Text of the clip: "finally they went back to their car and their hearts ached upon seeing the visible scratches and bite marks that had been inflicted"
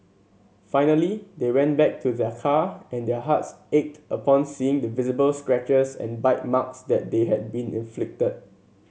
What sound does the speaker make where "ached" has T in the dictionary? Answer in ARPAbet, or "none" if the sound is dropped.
T